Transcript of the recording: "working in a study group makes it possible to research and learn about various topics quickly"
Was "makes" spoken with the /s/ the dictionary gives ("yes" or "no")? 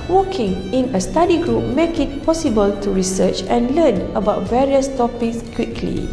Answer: no